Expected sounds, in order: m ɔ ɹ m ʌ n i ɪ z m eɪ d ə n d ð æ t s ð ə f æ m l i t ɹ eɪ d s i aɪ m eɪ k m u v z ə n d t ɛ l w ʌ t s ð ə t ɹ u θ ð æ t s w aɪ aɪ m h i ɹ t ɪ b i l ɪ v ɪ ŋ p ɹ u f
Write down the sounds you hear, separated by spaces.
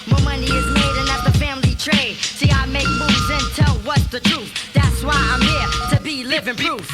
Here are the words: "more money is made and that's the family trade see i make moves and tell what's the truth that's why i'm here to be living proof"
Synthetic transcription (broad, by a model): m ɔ m ʌ n i ɪ z m eɪ d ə n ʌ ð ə f æ m l i t ɹ eɪ d s i aɪ m eɪ k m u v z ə n t ɛ l w ʌ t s ð ə t ɹ u θ ð æ t s w aɪ aɪ m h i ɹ t ɪ b i l ɪ v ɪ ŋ p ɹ u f